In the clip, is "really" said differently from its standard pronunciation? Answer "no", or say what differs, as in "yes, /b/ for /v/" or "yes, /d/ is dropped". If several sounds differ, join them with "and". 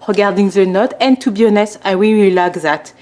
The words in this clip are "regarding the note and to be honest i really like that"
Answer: yes, /w/ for /ɹ/ and /w/ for /l/